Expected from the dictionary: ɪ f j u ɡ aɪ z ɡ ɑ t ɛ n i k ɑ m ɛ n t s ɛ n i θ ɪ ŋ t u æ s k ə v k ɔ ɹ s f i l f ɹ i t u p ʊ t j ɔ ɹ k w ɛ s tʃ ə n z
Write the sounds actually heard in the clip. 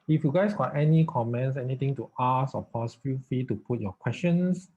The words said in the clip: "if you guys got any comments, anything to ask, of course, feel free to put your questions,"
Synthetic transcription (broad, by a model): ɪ f j u ɡ aɪ s ɡ ɑ t ɛ n i k ɑ m ɛ n t s ɛ n i t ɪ ŋ t u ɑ s ə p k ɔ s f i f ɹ i t u p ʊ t j ɔ k w ɛ s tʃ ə n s